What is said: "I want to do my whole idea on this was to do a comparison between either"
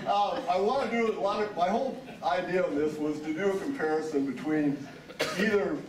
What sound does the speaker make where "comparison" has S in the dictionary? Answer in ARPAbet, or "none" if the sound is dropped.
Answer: S